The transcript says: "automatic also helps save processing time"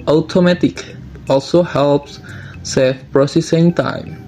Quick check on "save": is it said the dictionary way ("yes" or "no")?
no